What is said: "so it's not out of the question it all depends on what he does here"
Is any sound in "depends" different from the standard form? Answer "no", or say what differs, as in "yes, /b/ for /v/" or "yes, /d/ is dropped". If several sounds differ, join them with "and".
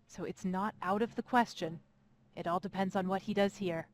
no